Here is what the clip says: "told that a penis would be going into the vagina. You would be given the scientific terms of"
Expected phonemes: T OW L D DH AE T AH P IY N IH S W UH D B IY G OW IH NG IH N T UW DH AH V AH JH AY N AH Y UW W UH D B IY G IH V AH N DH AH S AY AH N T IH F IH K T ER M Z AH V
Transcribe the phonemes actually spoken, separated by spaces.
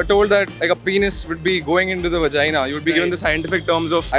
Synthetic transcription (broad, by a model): T OW L D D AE T AH P IY N IH S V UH D B IY G OW IH NG IH N T UW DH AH V AH JH AY N AH Y UW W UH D B IY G IH V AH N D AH S AY AH N T IH F IH K T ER M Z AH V